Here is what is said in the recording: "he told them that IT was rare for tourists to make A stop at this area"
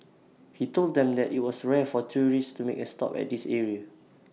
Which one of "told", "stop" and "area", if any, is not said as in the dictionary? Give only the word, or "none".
none